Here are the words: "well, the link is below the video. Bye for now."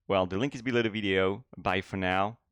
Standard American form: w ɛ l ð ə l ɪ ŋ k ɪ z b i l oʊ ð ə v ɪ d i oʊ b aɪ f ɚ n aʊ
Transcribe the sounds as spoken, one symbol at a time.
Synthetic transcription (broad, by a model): w ɛ l ð ə l ɪ ŋ k ɪ z b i l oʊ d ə v ɪ d i oʊ b aɪ f ɚ n aʊ